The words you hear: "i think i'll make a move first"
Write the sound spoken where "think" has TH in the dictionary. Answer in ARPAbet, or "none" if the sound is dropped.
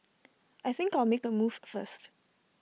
TH